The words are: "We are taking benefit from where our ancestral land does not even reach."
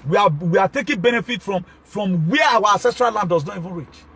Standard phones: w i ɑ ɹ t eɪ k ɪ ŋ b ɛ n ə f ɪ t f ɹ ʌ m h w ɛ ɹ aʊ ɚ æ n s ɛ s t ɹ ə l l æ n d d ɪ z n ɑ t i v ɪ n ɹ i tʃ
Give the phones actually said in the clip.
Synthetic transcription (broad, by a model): w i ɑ w t eɪ k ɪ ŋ b ɛ n ə f ɪ t f ɹ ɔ m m w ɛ aʊ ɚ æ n s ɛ s t ɹ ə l l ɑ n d d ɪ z n ɑ t i v ɪ n ɹ i tʃ